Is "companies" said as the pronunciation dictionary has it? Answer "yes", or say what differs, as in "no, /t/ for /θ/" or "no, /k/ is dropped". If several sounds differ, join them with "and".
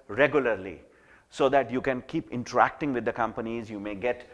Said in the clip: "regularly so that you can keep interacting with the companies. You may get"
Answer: yes